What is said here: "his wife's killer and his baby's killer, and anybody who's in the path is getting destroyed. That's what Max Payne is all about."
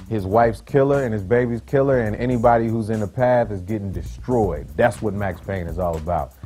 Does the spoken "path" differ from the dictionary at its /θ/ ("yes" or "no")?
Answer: no